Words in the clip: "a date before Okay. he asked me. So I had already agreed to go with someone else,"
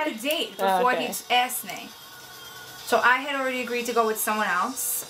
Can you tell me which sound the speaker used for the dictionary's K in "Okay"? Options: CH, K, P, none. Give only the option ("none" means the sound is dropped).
none